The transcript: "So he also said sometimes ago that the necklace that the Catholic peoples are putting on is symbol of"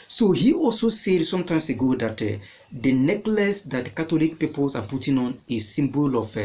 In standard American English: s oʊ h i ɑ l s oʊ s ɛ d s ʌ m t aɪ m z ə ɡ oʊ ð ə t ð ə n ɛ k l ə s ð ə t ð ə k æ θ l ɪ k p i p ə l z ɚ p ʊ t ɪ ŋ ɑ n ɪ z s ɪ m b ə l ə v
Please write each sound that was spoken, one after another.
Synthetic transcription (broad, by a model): s oʊ h i ɑ l s oʊ s ɛ d s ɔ m t aɪ m s ə ɡ oʊ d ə t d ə n ɛ k l ə s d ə t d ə k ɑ t l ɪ k p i p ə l s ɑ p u t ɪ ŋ ɑ n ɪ s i m b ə l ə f